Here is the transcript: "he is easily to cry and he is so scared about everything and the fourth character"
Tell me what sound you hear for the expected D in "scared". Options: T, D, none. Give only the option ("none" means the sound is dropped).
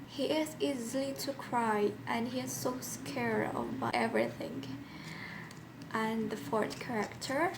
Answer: none